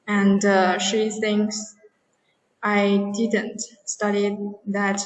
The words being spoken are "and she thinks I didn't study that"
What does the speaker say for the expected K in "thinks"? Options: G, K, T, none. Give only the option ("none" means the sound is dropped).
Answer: none